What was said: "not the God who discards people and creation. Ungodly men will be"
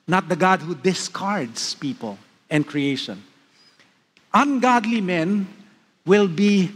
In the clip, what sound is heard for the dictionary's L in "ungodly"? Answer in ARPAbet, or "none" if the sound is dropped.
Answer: L